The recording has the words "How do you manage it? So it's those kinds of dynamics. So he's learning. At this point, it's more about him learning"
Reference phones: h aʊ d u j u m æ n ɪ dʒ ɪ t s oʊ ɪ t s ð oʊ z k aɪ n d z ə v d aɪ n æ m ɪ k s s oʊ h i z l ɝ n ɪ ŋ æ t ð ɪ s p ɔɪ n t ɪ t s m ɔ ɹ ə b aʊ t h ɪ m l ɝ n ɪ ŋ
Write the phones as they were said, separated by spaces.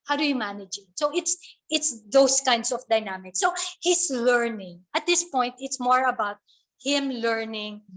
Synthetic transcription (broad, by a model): h aʊ d u j u m æ n ɪ dʒ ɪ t s oʊ ɪ t s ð oʊ s k aɪ n d s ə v d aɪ n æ m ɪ k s s oʊ h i s l ɝ n ɪ ŋ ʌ t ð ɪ s p ɔɪ n t ɪ t s m ɔ ɹ ə b aʊ t h ɪ m l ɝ n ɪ ŋ